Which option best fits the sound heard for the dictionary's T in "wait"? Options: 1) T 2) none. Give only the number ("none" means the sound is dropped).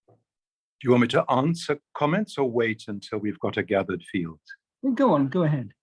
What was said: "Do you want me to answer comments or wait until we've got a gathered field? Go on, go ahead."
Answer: 1